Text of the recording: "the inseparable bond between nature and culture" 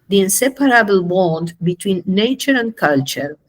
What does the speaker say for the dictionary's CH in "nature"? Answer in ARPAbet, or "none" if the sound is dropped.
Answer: CH